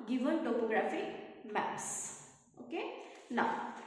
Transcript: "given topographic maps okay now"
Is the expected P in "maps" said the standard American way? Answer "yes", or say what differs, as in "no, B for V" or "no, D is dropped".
no, P is dropped